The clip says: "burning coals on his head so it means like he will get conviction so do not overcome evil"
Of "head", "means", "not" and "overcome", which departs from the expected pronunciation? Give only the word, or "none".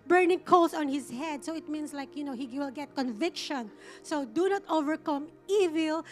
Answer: means